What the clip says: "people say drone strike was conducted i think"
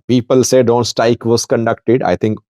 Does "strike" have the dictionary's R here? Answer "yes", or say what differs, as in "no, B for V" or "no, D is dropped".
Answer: no, R is dropped